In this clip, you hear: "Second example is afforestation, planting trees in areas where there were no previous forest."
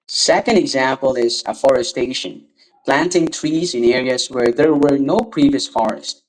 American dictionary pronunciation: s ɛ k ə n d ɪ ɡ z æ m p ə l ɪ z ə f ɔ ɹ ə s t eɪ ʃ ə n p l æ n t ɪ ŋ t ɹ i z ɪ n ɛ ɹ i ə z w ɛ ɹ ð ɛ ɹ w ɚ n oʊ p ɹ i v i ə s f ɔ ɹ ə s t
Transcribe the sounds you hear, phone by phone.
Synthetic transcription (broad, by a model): s ɛ k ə n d ɪ ɡ z æ m p ə l ɪ z ə f ɔ ɹ ə s t eɪ ʃ ə n p l æ n t ɪ ŋ t ɹ i z ɪ n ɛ ɹ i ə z w ɛ ɹ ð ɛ ɹ w ɚ n oʊ p ɹ i v i ə s f ɔ ɹ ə s t